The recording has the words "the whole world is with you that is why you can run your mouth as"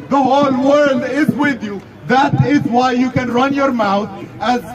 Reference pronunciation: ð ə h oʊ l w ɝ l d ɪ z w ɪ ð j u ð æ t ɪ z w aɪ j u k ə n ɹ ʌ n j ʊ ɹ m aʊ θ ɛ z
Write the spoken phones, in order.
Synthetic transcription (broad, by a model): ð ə h oʊ l w ɝ l d ɪ z w ɪ ð j u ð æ t ɪ z w aɪ j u k ə n ɹ ʌ n j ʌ ɹ m aʊ θ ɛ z